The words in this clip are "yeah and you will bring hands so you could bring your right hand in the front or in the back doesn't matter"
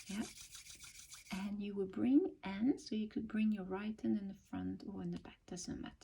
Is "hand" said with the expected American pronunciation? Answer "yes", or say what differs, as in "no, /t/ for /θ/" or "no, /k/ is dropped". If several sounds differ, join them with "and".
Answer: no, /d/ is dropped